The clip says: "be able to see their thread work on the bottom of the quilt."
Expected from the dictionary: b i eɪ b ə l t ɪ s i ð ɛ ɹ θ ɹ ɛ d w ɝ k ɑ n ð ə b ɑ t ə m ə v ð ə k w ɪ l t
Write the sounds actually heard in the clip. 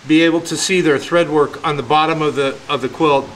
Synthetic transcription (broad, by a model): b i eɪ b l t ɪ s i ð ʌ ɹ θ ɹ ɛ d w ɝ k n ð ə b ɑ t ə m ə v ð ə k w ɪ l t